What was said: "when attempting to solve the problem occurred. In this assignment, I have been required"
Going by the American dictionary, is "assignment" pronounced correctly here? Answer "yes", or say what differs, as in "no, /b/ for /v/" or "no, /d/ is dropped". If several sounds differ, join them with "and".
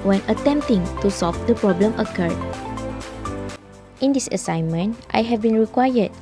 yes